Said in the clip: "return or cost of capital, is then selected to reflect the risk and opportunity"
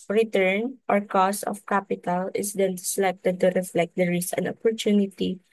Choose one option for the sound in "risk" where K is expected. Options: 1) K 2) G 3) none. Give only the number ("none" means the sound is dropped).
3